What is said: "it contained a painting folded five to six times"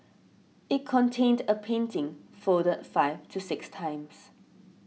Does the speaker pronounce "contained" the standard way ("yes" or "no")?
yes